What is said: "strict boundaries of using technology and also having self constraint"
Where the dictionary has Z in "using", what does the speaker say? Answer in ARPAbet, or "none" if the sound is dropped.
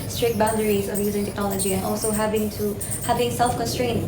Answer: Z